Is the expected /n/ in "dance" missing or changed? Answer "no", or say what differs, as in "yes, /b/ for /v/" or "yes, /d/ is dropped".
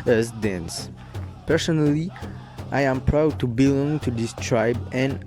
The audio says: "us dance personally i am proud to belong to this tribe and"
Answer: no